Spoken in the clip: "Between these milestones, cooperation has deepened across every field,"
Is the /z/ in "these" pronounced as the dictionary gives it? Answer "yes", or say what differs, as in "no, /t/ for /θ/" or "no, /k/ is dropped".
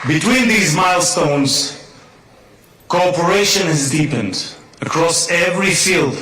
yes